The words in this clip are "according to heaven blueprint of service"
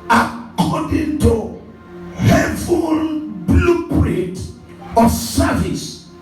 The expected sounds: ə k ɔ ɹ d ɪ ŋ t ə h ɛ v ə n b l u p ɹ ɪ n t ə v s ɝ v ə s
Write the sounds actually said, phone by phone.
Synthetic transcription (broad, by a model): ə k ɔ d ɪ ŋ t ə h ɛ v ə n b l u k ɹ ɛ t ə s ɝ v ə s